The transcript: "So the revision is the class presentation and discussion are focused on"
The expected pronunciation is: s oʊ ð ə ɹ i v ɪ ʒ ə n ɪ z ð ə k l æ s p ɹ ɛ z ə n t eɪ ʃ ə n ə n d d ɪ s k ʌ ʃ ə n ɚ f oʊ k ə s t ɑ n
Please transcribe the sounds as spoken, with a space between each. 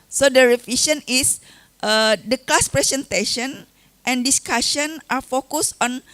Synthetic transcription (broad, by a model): s oʊ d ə ɹ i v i ʃ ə n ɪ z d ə k l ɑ s p ɹ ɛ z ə n t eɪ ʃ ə n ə n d d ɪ s k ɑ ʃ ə n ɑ f oʊ k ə s ɑ n